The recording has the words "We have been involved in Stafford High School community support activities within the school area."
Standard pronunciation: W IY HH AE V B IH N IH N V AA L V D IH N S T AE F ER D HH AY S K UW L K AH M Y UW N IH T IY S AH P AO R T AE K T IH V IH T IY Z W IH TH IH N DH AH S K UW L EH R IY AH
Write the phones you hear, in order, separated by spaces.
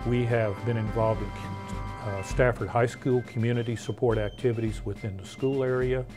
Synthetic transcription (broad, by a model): W IY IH V B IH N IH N V AA L V D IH N S T AE F ER D HH AY S K UW L K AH M Y UW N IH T IY S AH P AO R T AE K T IH V IH T IY Z W IH TH IH N DH AH S K UW L EH R IY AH